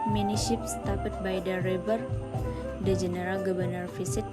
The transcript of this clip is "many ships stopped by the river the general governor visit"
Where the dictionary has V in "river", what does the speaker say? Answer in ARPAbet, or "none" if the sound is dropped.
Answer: B